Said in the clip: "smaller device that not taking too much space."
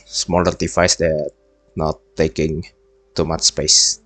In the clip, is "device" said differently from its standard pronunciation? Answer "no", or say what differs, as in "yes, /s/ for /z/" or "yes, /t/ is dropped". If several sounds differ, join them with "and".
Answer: yes, /f/ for /v/